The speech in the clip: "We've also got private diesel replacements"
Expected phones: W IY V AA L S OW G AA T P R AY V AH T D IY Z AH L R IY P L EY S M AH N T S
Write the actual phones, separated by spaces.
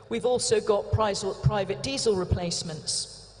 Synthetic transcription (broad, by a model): W IY V AA L S OW G AA T P R AY V AH T D IY Z AH L R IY P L EY S M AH N T S